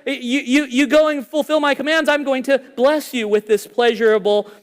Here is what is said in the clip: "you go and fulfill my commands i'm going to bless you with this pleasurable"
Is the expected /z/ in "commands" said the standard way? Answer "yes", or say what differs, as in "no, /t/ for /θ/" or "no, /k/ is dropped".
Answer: yes